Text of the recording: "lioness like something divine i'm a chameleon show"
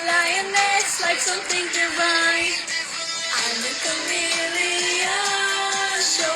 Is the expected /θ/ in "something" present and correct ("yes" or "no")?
yes